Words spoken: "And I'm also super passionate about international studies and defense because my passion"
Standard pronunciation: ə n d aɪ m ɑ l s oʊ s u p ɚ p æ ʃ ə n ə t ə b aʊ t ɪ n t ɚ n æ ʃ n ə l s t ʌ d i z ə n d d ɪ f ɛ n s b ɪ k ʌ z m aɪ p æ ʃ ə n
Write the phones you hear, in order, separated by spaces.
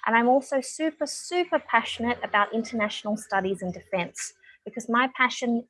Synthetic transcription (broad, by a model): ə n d aɪ m ɑ l s oʊ s u p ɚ p æ ʃ ə n ə t ə b aʊ t ɪ n t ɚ n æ ʃ n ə l s t ʌ d i z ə n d d ɪ f ɛ n s b ɪ k ʌ z m aɪ p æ ʃ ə n